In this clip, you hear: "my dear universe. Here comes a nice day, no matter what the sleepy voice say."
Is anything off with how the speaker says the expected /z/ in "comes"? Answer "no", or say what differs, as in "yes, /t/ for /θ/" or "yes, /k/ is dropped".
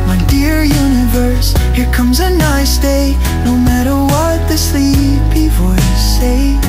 no